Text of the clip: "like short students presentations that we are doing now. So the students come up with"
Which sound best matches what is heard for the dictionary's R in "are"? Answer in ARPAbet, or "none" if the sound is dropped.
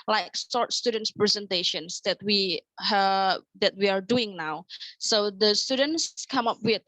W